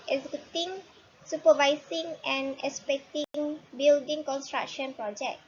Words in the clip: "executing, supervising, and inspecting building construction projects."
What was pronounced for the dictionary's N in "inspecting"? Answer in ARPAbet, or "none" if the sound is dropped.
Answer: none